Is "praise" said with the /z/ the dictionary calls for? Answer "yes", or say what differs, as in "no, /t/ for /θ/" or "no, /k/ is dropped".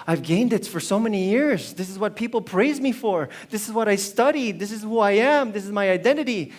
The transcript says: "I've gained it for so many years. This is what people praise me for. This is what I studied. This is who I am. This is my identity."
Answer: yes